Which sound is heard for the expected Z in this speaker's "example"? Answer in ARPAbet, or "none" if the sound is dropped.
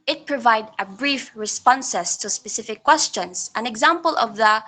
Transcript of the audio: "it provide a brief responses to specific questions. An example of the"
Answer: Z